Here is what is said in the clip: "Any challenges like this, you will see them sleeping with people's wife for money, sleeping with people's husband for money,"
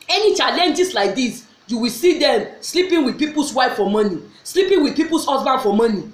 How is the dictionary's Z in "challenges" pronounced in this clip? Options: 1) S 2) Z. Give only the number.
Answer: 1